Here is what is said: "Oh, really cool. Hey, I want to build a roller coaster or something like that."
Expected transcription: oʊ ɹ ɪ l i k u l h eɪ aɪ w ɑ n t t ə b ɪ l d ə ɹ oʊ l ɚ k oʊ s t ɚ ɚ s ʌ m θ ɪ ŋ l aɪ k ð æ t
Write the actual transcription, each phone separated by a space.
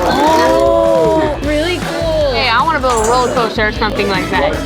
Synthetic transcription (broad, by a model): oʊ ɹ ɪ l i k u l h eɪ aɪ w ɑ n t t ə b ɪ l ə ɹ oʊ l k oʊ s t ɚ ɚ s ʌ m θ ɪ ŋ l aɪ k ð æ t